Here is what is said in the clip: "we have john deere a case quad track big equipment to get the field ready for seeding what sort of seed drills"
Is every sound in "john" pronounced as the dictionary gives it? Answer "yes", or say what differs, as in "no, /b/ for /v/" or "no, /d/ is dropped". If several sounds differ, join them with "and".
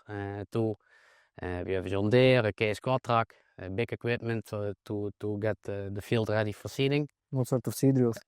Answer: no, /z/ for /dʒ/